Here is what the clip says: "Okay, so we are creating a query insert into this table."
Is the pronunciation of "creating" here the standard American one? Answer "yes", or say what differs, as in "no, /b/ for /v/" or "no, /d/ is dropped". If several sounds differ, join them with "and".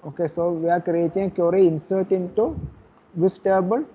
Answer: no, /ɹ/ is dropped